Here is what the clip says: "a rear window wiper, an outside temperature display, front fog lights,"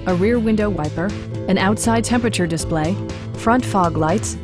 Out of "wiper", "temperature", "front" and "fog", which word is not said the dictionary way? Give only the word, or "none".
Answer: none